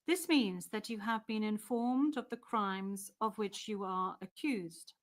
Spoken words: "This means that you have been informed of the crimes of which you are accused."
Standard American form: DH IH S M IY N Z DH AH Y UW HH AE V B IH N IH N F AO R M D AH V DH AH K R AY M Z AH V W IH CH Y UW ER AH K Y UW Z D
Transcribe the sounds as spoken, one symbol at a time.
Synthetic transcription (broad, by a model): DH IH S M IY N Z DH AH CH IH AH V B IH N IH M F AO R M D AH V DH AH K R AY M Z AH V W IH CH Y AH ER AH K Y UW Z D